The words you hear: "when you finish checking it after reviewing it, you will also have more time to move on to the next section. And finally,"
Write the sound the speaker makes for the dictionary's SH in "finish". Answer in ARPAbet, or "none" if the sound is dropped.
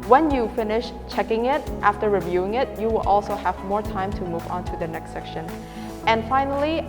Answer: SH